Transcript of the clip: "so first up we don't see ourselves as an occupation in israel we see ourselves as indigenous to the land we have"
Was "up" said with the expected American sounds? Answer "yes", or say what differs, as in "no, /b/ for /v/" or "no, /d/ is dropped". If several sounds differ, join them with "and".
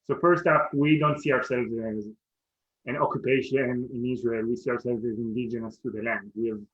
no, /f/ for /p/